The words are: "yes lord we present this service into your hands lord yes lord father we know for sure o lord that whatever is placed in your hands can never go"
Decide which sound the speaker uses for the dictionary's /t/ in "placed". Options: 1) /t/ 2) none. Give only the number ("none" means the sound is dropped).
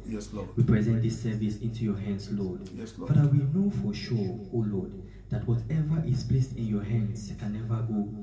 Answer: 1